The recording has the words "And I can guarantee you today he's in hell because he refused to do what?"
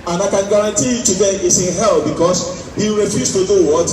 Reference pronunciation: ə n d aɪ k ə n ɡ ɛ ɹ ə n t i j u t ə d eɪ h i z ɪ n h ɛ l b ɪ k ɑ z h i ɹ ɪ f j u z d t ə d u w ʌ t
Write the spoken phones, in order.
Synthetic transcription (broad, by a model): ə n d aɪ k ə n ɡ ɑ ɹ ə n t i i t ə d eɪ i s ɪ n h ɛ l b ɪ k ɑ s h i ɹ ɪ f j u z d t ə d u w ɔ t